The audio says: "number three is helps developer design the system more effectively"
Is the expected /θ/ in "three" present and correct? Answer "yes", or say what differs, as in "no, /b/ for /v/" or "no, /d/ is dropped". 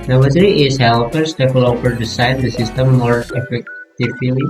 no, /s/ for /θ/